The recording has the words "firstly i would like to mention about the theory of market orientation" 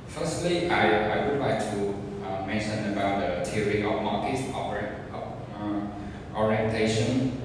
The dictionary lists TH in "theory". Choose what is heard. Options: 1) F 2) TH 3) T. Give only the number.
3